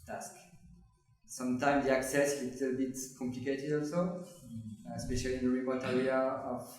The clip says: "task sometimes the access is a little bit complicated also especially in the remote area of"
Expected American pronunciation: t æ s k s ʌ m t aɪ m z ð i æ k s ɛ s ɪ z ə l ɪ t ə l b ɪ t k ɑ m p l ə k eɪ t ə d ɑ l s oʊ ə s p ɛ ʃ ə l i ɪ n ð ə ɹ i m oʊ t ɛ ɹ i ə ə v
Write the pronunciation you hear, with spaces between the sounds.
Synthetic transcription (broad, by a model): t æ s k s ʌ m t aɪ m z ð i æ k s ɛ s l ə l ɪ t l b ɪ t k ɑ m p l ə k eɪ t ə d ɑ l s oʊ ə s p ɛ ʃ ə l i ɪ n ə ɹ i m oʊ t ɛ ɹ i ə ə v